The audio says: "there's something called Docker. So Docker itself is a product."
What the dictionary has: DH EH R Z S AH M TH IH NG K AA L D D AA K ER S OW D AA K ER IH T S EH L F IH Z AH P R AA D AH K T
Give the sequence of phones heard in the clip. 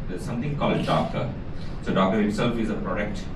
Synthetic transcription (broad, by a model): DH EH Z S AH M T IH NG K AA L D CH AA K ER S OW D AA K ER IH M S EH L F IH Z AH P R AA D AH K T